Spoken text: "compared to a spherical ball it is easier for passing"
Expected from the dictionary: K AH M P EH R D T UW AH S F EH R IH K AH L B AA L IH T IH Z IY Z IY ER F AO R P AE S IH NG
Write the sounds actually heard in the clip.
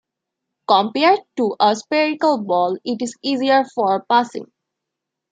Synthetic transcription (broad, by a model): K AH M P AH R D T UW AH S P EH R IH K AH L B AA L IH T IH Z IY Z IY ER F AO R P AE S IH NG